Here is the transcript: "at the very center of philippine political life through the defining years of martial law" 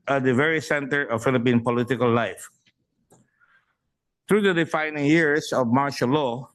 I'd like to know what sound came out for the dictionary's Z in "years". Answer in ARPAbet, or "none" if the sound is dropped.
S